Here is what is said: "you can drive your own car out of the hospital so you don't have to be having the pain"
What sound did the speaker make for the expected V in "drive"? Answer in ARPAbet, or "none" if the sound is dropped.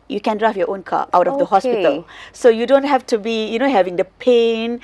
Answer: F